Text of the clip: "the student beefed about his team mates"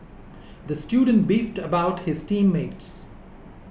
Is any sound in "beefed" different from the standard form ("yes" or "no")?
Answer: no